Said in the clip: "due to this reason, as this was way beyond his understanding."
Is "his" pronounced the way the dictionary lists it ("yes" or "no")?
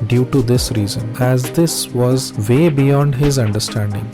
yes